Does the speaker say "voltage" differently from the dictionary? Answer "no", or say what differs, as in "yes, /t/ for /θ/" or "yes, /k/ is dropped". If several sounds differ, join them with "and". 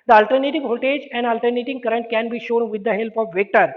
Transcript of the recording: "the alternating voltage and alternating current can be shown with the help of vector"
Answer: yes, /l/ is dropped